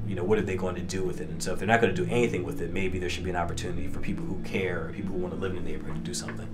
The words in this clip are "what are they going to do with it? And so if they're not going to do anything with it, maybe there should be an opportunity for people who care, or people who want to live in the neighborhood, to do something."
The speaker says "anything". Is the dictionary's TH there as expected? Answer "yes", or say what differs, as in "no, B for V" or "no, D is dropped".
yes